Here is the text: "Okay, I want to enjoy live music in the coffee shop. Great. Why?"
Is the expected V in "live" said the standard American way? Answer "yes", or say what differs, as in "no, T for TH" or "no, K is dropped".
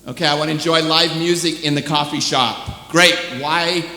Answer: yes